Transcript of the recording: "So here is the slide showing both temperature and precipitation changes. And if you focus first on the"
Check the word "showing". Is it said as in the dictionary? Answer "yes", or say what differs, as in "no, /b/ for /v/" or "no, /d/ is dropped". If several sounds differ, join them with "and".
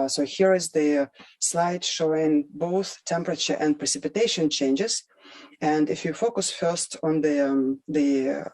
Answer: yes